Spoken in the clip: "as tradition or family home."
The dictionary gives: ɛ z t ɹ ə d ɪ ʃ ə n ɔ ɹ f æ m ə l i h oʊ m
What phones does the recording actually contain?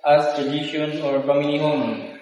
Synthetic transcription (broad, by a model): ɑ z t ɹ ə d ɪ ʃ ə n ɔ ɹ p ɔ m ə n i h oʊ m